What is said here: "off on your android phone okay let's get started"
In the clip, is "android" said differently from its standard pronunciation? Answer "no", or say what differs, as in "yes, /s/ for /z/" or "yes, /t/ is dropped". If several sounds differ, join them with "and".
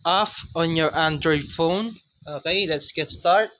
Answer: no